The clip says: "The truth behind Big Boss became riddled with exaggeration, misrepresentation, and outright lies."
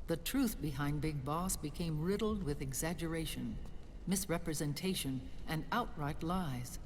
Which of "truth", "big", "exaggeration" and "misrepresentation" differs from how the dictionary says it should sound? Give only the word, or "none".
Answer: none